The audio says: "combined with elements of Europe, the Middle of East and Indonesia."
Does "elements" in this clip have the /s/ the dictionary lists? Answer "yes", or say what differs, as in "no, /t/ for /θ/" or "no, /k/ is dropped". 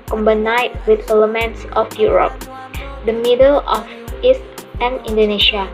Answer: yes